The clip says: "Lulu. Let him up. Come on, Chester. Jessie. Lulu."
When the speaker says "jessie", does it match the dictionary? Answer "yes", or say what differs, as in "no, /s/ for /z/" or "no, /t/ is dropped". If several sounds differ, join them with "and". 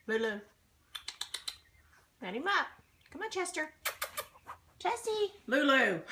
no, /tʃ/ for /dʒ/